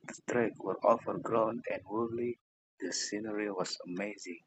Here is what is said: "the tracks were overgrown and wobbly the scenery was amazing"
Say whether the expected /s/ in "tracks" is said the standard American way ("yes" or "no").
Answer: no